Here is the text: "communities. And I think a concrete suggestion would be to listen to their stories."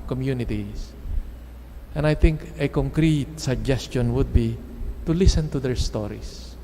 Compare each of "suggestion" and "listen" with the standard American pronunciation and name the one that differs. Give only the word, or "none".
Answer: none